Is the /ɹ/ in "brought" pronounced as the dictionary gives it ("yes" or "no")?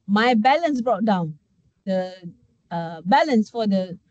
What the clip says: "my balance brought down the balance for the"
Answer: yes